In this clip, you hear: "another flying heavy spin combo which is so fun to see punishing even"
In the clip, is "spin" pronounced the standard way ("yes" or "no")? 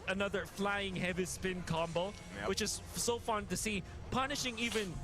yes